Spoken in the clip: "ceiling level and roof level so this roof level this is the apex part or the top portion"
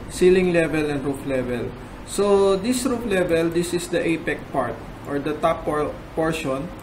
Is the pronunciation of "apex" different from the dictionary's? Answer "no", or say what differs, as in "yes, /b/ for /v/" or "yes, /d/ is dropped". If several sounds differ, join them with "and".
yes, /s/ is dropped